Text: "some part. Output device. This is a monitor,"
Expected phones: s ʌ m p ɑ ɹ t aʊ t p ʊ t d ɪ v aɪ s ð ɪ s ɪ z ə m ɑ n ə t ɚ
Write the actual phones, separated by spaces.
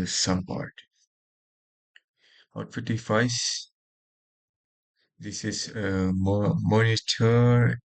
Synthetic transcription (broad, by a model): s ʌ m p ɑ ɹ t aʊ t f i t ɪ f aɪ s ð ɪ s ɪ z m m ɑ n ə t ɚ